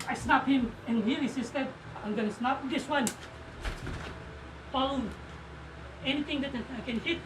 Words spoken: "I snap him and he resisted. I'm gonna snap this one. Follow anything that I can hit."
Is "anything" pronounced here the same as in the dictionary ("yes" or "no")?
no